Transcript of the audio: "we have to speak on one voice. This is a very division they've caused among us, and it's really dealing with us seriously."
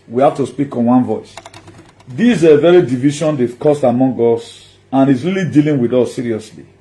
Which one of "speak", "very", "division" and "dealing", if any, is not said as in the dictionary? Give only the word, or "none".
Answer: division